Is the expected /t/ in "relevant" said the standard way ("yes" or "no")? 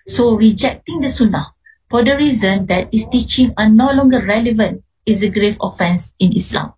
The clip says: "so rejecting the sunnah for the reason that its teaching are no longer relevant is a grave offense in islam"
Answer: yes